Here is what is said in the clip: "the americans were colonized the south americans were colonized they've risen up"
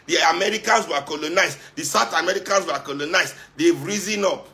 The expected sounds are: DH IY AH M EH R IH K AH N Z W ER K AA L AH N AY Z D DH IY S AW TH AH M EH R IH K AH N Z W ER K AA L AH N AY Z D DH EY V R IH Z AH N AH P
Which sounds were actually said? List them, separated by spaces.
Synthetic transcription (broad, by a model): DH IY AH M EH R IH K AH N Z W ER K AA L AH N AY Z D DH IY S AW T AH M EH R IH K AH N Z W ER K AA L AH N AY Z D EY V R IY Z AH N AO P